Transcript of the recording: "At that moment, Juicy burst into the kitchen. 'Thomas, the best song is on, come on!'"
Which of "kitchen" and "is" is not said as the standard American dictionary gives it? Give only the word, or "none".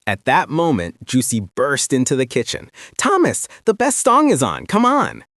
none